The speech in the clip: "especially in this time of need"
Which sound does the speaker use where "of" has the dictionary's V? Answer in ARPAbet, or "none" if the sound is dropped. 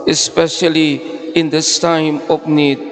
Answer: P